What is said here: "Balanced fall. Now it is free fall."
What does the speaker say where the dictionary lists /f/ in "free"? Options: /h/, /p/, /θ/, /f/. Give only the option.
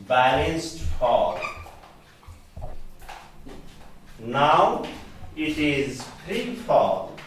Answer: /p/